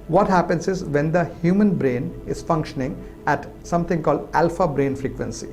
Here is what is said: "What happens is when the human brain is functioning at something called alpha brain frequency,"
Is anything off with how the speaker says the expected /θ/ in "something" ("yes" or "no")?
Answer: yes